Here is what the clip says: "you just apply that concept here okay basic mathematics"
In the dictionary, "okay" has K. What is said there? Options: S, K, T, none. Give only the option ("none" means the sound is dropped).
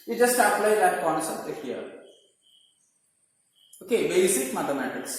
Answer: K